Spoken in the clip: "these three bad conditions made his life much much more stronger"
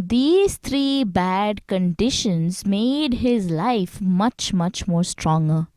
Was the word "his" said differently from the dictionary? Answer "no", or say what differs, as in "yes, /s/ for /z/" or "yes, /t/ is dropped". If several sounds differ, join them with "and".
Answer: no